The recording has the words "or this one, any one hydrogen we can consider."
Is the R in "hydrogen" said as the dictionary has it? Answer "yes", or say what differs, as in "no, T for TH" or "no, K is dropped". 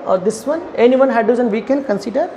no, R is dropped